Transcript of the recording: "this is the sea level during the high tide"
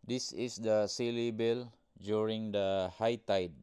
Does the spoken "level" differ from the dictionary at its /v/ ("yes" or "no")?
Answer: yes